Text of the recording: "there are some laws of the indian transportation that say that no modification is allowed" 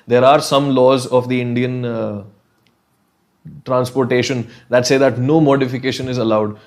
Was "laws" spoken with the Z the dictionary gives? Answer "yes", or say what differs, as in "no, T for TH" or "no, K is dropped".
yes